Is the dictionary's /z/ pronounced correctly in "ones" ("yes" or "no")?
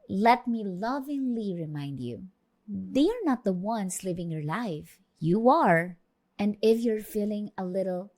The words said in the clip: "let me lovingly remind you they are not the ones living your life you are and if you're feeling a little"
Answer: no